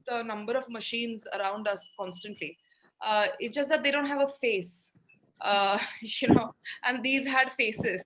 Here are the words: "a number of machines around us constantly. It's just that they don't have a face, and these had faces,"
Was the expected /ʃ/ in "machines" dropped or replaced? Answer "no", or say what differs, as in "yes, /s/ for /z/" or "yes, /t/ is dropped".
no